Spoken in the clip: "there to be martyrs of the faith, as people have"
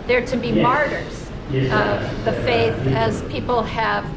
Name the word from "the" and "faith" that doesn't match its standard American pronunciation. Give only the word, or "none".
none